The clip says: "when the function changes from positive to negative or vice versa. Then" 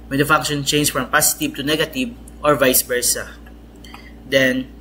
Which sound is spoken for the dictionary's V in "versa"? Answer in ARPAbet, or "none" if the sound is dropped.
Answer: P